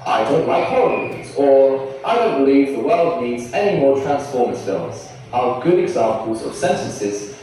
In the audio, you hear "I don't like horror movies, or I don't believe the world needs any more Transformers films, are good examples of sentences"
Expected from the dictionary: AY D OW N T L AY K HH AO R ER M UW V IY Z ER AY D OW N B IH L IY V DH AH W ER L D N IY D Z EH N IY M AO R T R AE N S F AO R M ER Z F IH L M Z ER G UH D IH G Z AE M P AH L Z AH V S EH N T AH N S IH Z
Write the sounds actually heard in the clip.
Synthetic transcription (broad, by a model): AY D OW N T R AY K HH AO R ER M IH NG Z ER AY D OW N B IH L IY V DH AH W ER L D N IY D Z EH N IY M AO R T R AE N S F AO R M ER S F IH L Z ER G UH D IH G Z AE M P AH L Z AH V S EH N T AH N S IH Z